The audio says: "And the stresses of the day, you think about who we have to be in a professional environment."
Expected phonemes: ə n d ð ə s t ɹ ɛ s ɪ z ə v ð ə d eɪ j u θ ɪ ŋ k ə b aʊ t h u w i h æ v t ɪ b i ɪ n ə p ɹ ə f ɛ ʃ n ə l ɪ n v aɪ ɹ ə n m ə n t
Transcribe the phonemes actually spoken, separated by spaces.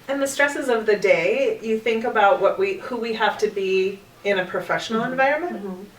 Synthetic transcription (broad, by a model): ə n ð ə s t ɹ ɛ s ɪ z ə v ð ə d eɪ j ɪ θ ɪ ŋ k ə b aʊ t h u w i h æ f t ɪ b i ɪ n ə p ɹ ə f ɛ ʃ n l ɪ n v aɪ ɹ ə n m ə n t